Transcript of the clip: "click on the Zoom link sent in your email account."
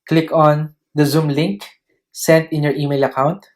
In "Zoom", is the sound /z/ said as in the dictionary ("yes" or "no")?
yes